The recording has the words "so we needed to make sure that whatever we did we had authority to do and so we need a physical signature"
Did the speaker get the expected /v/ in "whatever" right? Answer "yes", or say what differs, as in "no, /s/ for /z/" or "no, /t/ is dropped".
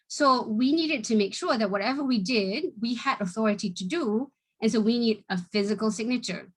yes